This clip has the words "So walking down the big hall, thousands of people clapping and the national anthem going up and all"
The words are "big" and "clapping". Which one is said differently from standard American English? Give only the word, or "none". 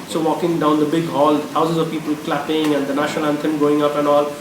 none